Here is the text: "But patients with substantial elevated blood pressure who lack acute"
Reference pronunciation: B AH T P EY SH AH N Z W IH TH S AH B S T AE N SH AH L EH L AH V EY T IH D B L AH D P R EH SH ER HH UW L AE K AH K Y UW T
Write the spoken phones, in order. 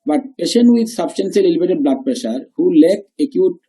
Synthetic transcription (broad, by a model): B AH T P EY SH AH N W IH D S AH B S T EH N S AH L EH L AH B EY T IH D B L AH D P R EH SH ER HH UW L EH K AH K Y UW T